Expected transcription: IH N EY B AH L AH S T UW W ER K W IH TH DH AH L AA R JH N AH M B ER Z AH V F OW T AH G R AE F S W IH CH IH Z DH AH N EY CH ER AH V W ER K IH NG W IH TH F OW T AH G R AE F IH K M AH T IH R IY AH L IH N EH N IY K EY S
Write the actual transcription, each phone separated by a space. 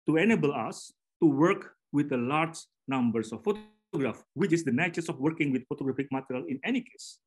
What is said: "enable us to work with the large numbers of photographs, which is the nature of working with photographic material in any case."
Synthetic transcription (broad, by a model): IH N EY B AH L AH S T UW W ER K W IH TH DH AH L AA R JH N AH M B ER S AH F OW T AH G R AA F W IH CH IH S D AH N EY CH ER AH F W ER K IH NG W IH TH F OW T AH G R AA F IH K M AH T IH R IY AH L IH N EH N IY K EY S